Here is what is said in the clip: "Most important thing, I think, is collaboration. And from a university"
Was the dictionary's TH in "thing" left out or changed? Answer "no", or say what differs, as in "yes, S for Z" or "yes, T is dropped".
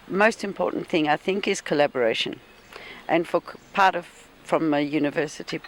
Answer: no